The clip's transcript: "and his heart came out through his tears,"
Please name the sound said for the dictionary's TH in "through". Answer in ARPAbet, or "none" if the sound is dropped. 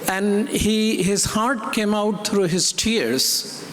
T